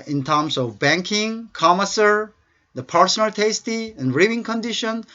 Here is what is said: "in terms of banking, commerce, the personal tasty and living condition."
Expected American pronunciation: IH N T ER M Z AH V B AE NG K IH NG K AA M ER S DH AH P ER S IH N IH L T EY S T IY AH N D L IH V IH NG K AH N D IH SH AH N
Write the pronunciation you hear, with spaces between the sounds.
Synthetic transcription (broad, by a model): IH N T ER M S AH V B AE NG K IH NG K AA M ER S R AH P ER S IH N IH L T EY S T IY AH N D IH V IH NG K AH N D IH SH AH N